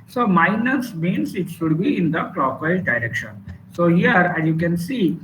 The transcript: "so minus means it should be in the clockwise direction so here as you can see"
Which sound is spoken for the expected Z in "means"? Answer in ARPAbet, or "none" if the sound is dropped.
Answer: S